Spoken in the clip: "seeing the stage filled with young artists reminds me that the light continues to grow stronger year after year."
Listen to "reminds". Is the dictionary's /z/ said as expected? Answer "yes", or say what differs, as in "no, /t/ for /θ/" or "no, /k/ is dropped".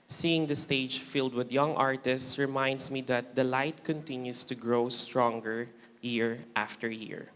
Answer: no, /s/ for /z/